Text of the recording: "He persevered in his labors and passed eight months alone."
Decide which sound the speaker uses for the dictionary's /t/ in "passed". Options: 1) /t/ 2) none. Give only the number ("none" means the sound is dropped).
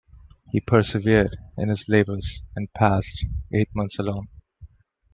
1